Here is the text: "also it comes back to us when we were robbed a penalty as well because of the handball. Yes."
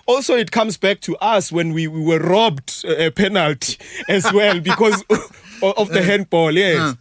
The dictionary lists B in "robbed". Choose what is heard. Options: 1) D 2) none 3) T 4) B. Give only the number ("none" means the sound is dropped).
4